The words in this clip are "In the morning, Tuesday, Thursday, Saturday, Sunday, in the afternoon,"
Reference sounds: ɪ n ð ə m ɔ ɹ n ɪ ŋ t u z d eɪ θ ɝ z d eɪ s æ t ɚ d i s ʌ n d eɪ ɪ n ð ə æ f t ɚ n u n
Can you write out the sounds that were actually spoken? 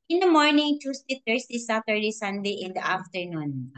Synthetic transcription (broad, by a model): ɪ n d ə m ɔ ɹ n ɪ ŋ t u s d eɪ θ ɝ s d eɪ s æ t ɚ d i s ʌ n d eɪ ɪ n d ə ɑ f t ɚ n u n